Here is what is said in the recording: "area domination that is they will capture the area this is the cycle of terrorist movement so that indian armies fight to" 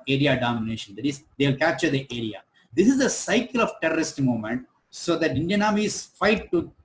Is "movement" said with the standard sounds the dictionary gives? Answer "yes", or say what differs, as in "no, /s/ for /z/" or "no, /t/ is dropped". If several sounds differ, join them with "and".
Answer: no, /v/ is dropped